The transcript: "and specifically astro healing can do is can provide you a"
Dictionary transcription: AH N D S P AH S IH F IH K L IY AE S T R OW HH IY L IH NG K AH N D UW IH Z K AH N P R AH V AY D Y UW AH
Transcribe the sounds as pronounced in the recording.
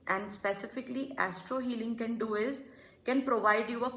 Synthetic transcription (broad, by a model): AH N D S P AH S IH F IH K L IY AE S T R OW HH IY L IH NG K AH N D UW IH Z K AH N P R AH V AY D Y UW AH